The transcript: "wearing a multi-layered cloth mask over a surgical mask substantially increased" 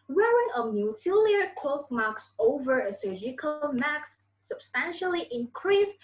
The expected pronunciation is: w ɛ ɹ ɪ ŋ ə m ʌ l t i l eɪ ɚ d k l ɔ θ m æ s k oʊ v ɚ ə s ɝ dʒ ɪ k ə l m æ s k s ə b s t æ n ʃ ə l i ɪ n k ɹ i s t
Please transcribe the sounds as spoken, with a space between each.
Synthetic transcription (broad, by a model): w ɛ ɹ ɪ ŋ ə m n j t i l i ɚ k ɔ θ m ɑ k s oʊ v ɚ ə s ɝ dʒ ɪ k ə l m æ k s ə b s t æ n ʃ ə l i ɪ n k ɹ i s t